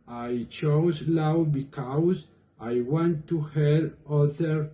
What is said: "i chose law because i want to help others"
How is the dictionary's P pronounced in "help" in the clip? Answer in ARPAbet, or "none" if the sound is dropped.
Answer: none